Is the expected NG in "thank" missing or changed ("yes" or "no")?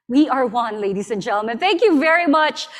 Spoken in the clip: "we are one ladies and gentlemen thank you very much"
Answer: no